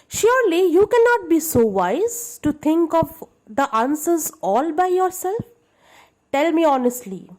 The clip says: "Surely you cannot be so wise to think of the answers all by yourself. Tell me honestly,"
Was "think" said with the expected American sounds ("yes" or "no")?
no